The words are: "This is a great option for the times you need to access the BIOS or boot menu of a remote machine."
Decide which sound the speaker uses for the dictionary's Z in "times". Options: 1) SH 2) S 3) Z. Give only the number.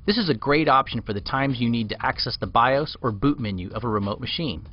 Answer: 3